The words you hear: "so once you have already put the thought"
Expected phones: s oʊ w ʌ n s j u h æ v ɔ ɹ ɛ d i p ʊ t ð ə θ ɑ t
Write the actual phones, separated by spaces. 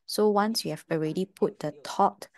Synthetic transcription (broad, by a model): s oʊ w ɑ n s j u h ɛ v ɔ ɹ ɛ d i p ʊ t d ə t ɑ t